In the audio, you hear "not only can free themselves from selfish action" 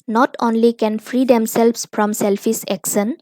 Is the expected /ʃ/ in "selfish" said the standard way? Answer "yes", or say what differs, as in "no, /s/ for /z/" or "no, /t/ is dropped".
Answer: no, /s/ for /ʃ/